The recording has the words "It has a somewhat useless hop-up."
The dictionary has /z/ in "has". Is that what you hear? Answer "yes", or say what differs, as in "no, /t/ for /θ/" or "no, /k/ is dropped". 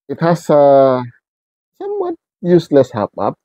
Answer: no, /s/ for /z/